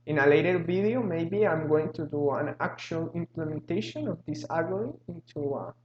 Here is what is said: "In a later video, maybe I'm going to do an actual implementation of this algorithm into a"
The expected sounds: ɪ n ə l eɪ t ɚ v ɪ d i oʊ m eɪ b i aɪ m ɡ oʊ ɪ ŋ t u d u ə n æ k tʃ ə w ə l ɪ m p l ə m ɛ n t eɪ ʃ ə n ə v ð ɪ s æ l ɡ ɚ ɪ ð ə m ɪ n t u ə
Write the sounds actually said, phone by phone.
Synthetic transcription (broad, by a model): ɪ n ə l eɪ t ɚ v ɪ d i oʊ m eɪ b i aɪ m ɡ oʊ ɪ ŋ t u d u ə n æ k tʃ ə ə l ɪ m p l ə m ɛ n t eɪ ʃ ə n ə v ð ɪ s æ ɡ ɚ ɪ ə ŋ ɪ n t u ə